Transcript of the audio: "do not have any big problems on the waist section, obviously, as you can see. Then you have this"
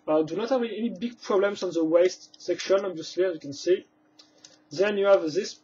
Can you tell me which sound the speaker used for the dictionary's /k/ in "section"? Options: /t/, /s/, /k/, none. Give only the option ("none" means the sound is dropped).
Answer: /k/